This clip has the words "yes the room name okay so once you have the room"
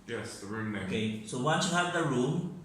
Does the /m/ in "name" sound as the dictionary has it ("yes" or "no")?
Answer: no